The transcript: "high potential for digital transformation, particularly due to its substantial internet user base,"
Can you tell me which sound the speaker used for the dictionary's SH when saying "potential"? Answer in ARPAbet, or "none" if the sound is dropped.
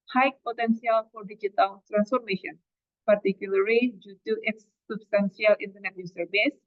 S